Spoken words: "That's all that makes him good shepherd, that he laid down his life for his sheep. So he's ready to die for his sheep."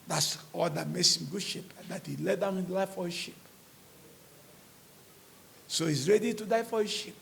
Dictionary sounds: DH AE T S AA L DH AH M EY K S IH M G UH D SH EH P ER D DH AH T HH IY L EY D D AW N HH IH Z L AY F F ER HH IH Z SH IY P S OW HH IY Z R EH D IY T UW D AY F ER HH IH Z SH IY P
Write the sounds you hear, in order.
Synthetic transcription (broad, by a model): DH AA T S AA L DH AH M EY S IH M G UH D SH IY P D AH T HH IY L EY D D AW N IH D L AY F F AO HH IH SH IY P S OW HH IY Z R EH D IY T UW D AY F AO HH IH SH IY P